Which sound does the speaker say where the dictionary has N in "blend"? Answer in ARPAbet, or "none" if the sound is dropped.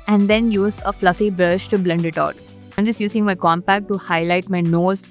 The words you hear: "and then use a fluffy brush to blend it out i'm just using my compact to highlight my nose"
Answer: N